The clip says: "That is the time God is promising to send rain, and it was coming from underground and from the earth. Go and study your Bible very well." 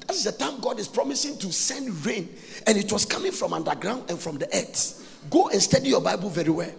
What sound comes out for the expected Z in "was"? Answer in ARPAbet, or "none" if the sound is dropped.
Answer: S